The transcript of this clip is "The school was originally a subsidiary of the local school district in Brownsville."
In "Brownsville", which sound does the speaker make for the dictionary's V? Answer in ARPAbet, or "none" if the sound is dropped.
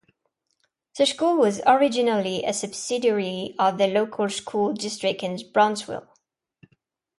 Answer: W